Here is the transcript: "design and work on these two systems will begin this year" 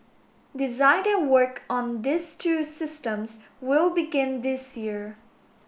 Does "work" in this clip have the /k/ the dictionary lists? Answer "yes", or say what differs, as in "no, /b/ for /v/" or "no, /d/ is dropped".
yes